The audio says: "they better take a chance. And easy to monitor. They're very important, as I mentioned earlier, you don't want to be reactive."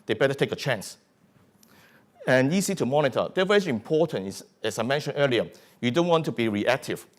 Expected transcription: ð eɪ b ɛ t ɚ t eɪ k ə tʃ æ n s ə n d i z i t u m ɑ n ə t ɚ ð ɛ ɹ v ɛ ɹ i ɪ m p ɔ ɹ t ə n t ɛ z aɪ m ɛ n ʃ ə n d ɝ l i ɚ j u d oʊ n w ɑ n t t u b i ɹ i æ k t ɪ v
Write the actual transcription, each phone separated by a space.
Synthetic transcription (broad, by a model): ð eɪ b ɛ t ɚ t eɪ k ə tʃ æ n s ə n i s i t u m ɑ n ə t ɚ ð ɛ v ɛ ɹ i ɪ m p ɔ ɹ t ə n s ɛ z aɪ m ɛ n ʃ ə n ɝ l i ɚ j u d oʊ n w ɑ n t t u b i ɹ i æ k t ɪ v